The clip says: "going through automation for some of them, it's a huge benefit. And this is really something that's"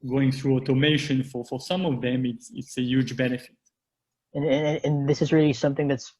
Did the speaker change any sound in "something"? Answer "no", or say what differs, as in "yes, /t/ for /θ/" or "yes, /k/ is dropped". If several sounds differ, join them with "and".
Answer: no